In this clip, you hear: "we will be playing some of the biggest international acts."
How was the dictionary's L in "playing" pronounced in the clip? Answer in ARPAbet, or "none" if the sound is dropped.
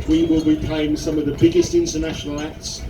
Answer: none